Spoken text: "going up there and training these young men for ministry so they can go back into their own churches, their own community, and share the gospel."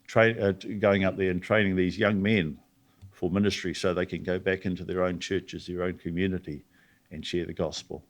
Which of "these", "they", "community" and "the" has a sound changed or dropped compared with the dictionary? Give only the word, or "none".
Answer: none